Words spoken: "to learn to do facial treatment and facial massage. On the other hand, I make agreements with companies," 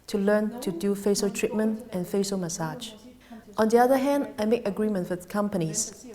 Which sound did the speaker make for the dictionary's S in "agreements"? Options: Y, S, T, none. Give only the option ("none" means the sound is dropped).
none